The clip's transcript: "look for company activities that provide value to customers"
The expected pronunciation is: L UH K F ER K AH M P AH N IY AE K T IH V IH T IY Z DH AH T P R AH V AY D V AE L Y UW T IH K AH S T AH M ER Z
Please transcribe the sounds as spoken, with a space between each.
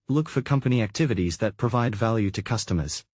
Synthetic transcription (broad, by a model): L UH K F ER K AH M P AH N IY AE K T IH V IH T IY Z DH AH T P R AH V AY D V AE L Y UW T IH K AH S T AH M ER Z